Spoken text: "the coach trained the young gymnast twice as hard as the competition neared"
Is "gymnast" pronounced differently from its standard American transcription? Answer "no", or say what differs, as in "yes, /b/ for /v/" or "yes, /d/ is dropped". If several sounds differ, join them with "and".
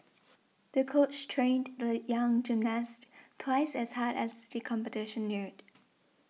no